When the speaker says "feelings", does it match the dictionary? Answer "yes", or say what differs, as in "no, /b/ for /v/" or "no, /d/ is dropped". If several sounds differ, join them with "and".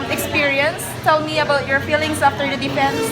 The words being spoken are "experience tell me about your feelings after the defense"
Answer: no, /s/ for /z/